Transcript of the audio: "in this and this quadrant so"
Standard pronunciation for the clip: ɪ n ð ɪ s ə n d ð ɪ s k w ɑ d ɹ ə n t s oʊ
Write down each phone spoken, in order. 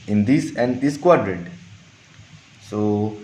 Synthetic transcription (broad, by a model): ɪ n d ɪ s ə n d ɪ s k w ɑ d ɹ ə t s oʊ